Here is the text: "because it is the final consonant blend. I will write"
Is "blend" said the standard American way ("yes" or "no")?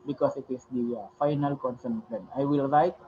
no